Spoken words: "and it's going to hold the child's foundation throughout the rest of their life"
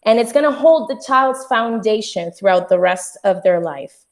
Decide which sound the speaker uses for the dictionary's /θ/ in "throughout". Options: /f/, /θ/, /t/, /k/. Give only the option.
/θ/